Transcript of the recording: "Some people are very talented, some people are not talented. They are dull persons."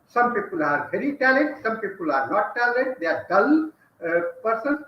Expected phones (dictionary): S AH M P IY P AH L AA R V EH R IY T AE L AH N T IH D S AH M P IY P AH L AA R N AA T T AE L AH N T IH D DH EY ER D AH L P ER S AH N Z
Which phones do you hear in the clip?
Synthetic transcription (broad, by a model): S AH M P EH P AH L AA R P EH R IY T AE L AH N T S AH M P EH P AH L AA R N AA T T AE L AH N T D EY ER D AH L P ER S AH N